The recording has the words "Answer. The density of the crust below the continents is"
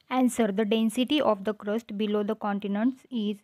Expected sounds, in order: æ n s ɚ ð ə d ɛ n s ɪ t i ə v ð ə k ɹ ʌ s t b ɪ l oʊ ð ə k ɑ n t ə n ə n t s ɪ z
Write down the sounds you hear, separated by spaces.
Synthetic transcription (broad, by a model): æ n s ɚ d ə d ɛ n s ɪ t i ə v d ə k ɹ ʌ s t b ɪ l oʊ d ə k ɑ n t ə n ə n t s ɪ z